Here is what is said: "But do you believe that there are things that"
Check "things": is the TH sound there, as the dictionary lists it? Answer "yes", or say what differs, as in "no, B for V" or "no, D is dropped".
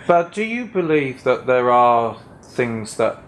yes